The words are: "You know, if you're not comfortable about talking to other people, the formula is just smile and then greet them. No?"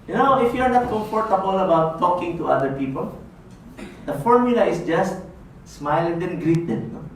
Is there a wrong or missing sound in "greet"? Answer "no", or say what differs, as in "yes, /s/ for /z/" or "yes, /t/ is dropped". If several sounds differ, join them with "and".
no